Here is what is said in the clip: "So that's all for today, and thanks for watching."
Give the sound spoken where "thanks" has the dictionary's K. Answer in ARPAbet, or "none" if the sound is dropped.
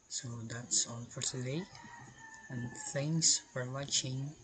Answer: none